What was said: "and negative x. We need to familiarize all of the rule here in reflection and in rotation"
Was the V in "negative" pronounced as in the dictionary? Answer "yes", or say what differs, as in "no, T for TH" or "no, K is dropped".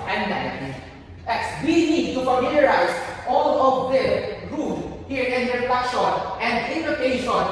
no, V is dropped